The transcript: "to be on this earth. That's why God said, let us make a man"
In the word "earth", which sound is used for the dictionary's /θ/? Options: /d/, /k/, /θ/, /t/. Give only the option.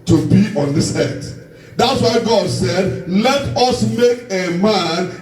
/t/